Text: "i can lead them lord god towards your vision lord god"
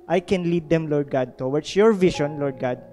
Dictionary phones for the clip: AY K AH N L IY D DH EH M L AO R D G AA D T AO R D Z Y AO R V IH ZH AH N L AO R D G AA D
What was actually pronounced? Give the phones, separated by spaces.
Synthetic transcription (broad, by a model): AY K AH N L IY D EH M L AO R D G AA D T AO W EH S Y AO R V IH SH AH N L AO R D G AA D